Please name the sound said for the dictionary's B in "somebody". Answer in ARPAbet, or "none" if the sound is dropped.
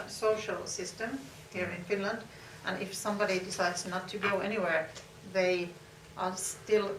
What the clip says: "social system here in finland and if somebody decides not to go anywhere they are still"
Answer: B